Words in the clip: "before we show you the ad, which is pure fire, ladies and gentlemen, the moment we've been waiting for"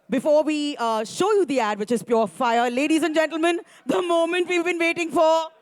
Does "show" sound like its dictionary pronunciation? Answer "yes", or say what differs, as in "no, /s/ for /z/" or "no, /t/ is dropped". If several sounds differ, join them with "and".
yes